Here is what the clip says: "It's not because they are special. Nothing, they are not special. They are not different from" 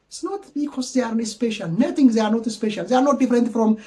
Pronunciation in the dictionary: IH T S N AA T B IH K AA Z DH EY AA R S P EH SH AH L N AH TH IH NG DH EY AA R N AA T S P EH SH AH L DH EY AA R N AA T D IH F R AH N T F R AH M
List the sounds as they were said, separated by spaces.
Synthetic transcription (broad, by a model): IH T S N AA T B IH K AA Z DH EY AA R S P EH SH AH L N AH T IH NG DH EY AA R N AA T S P EH SH AH L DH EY AA R N AA T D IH F R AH N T F R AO M